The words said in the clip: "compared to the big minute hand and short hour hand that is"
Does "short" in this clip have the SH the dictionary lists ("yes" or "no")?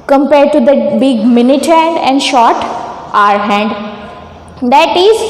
yes